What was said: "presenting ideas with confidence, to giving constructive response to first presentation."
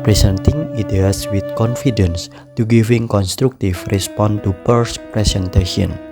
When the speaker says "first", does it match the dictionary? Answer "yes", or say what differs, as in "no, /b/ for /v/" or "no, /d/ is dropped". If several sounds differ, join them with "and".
no, /p/ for /f/